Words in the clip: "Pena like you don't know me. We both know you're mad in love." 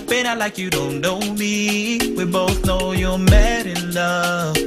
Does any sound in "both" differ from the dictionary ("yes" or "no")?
no